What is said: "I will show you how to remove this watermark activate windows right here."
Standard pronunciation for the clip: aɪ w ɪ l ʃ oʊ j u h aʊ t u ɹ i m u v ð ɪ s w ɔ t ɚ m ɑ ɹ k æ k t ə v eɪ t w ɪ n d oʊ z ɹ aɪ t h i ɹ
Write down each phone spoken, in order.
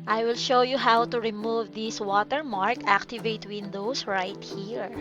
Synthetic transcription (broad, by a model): aɪ w ɪ l ʃ oʊ j u h aʊ t u ɹ i m u v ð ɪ s w ɔ t ɚ m ɑ ɹ k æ k t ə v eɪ t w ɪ n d oʊ s ɹ aɪ t h i ɹ